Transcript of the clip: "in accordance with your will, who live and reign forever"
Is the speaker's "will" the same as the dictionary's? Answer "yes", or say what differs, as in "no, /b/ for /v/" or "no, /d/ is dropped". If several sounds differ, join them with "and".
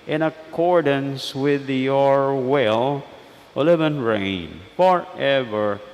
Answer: yes